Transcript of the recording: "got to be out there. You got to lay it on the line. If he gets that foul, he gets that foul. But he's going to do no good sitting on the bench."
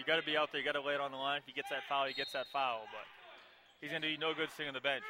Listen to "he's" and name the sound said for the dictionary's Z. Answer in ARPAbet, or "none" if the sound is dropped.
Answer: Z